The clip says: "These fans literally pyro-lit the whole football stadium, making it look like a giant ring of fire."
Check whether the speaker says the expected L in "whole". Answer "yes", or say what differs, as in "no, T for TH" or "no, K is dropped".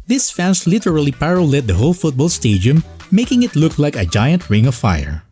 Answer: yes